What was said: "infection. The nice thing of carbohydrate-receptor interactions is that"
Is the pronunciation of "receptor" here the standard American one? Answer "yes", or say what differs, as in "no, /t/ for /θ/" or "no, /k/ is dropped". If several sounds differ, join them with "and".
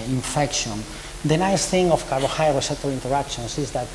no, /p/ is dropped